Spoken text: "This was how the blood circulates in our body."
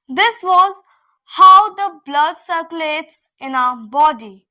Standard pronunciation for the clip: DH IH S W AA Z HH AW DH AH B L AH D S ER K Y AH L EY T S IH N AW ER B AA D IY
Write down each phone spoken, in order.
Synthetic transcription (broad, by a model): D IH S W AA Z HH AW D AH B L AH D S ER K Y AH L EY T S IH N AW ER B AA D IY